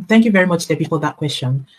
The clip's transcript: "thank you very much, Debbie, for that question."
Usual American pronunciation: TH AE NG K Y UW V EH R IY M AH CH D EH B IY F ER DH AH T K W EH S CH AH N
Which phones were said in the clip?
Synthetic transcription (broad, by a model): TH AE NG K Y UW V EH R IY M AH CH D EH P IY P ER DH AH T K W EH S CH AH N